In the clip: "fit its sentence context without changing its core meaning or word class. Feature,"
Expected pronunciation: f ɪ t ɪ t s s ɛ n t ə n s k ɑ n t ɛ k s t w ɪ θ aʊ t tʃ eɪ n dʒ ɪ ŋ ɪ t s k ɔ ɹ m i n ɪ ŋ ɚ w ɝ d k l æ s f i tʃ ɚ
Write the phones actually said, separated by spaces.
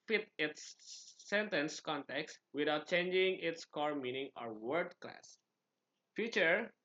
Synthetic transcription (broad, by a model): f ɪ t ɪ t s s ɛ n t ə n s k ɑ n t ɛ k s t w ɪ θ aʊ t tʃ eɪ n dʒ ɪ ŋ ɪ t s k ɔ ɹ m i n ɪ ŋ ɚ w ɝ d k l æ s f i tʃ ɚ